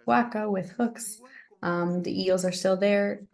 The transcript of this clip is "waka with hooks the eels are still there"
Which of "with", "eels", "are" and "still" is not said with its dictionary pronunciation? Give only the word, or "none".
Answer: none